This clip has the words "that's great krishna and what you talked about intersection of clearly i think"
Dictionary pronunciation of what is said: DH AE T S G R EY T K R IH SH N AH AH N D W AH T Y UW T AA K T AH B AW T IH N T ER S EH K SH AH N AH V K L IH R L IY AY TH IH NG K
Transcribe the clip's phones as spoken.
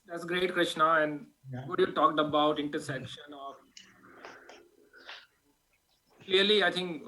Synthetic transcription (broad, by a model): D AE T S G R EY T K R IH SH N AH AH N D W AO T Y UW T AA K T AH B AW T IH N T ER S EH K SH AH N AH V K L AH R L IY AY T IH NG K